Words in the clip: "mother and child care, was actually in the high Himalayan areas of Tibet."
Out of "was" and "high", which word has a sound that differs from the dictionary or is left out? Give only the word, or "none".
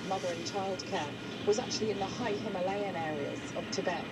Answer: none